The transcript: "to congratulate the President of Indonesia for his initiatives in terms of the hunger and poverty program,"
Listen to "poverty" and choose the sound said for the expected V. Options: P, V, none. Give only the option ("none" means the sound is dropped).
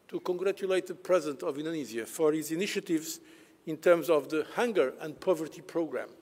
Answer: V